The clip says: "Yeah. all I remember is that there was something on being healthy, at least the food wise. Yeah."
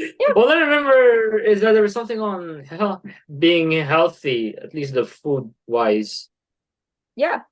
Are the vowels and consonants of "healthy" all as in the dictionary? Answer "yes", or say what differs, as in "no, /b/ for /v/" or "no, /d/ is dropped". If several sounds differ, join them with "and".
yes